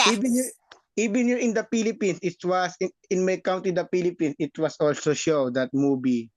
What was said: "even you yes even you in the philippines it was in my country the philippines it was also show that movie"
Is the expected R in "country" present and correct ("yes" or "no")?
no